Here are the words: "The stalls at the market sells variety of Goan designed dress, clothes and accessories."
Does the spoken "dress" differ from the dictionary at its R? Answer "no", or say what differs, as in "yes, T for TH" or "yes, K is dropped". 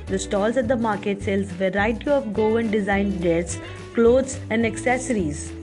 yes, R is dropped